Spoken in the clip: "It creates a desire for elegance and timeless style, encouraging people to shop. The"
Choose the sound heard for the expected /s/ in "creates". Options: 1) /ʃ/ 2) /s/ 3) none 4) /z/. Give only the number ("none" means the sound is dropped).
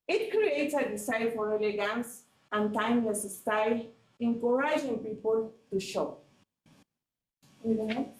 3